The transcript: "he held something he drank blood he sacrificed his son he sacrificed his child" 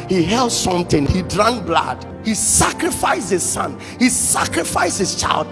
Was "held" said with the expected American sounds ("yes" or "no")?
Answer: yes